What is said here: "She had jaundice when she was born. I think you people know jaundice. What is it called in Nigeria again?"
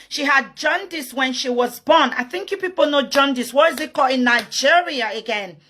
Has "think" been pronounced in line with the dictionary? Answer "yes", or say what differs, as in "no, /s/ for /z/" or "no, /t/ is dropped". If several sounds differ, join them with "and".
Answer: yes